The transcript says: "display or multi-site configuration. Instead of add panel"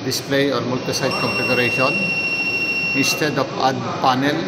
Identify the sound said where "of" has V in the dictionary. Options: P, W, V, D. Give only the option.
P